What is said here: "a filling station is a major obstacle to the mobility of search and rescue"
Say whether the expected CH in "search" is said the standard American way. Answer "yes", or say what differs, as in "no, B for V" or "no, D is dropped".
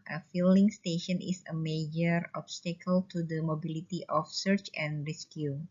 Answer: yes